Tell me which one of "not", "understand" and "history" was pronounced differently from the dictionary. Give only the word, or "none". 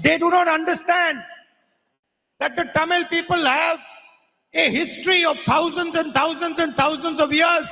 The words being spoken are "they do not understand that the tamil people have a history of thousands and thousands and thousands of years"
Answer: none